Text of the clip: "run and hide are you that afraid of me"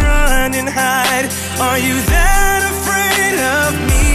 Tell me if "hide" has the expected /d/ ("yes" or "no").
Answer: yes